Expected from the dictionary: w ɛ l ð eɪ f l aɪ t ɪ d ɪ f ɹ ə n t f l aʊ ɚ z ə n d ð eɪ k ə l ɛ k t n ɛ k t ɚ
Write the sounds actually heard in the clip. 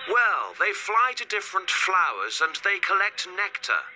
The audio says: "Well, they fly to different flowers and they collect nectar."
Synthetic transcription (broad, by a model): w ɛ l ð eɪ f l aɪ t ɪ d ɪ f ɹ ə n t f l aʊ ɚ z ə n ð eɪ k ə l ɛ k t n ɛ k t ɚ